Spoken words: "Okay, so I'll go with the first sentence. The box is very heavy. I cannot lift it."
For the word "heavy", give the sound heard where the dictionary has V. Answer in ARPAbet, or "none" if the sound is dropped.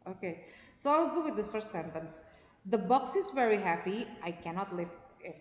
P